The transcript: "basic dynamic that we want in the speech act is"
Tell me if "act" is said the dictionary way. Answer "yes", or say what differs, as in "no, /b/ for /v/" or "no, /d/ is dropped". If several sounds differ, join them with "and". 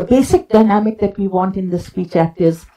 yes